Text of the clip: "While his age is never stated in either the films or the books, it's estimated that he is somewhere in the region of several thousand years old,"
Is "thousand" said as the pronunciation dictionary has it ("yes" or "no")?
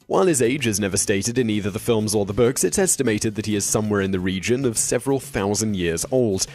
yes